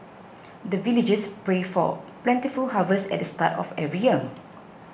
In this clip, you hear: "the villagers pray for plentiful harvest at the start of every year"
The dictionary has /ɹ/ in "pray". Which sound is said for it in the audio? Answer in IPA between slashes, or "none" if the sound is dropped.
/ɹ/